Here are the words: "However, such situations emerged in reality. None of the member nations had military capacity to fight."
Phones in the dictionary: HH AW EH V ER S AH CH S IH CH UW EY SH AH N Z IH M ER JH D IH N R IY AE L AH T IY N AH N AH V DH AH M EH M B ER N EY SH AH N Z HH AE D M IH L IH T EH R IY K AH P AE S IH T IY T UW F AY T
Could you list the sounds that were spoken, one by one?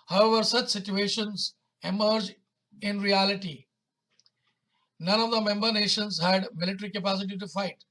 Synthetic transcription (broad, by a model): HH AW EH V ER S AH CH S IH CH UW EY SH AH N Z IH M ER JH IH N R IY AE L AH T IY N AH N AH V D AH M EH M B ER N EY SH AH N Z HH AE D M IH L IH T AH R IY K AH P AE S IH T IY T UW F AY T